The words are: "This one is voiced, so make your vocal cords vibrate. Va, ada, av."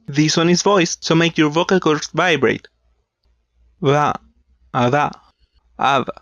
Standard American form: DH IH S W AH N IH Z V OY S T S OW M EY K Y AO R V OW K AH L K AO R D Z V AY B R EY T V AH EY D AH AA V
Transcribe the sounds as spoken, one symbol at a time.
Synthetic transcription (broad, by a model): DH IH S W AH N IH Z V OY S S OW M EY K Y AO R V OW K AH L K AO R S V AY B R EY T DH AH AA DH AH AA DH